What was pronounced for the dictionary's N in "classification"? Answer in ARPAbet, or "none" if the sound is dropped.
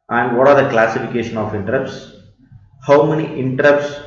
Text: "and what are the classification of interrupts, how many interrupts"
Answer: N